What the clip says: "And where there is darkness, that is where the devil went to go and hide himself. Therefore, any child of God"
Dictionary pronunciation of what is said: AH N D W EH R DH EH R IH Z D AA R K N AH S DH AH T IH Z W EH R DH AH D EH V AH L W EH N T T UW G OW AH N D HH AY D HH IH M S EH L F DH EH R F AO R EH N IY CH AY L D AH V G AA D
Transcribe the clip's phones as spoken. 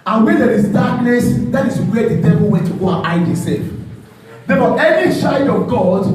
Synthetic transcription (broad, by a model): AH N W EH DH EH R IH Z D AA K N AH S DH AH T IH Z W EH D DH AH D EH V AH L W EH N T T UW G OW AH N AY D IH S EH F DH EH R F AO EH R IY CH AY D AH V G AA D